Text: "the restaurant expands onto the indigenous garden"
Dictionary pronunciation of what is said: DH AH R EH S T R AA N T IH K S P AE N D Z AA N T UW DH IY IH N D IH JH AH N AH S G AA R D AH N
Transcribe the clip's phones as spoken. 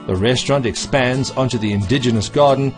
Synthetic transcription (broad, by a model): DH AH R EH S T R AA N T IH K S P AE N D Z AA N T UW DH IY IH N D IH JH AH N AH S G AA R D N